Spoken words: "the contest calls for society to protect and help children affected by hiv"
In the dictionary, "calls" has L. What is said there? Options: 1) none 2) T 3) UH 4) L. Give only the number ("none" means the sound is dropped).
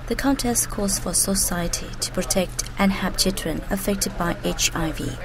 1